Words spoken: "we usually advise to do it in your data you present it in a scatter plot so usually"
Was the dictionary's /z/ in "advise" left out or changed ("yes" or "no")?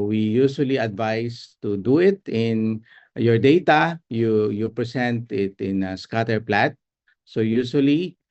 yes